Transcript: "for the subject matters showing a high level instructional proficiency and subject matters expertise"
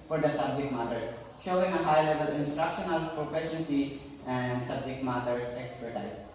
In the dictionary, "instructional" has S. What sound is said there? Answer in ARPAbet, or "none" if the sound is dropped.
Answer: S